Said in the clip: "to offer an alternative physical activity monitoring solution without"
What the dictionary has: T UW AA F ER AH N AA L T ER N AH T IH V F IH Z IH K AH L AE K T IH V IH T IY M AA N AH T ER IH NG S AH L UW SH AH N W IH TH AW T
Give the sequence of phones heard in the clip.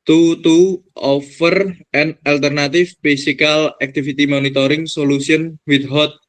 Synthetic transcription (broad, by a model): T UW AA F ER AH N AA L T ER N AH T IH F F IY S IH K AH L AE K T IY F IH T IY M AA N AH T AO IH NG S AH L UW S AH N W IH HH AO T